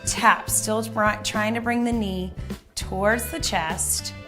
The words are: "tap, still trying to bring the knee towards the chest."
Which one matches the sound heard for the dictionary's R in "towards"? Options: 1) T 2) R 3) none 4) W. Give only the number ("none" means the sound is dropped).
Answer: 2